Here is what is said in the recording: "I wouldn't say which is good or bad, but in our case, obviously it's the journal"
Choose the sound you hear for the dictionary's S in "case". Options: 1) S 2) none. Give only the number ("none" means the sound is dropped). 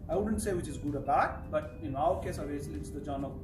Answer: 1